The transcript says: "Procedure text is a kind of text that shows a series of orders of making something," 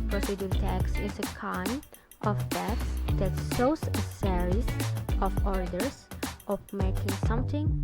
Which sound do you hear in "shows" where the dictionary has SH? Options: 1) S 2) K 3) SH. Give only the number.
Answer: 1